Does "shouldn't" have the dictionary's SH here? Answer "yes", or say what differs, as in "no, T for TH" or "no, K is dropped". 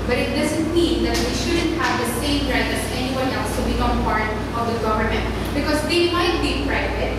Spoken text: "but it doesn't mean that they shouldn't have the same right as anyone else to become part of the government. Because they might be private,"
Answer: yes